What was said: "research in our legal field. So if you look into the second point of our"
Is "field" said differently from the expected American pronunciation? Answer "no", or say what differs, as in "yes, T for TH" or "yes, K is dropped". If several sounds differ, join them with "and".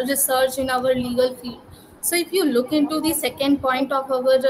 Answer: yes, L is dropped